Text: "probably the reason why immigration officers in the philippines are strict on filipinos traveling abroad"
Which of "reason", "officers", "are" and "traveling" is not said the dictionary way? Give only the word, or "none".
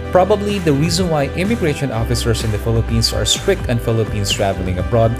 officers